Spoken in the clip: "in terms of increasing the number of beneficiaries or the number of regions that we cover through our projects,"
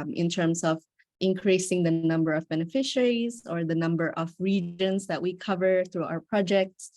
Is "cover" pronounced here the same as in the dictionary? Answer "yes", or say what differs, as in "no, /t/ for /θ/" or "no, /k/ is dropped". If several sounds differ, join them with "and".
yes